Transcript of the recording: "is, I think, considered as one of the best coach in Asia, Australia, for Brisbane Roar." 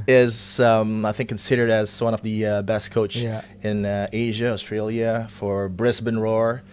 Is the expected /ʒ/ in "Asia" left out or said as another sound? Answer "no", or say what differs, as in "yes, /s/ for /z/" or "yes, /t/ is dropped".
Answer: no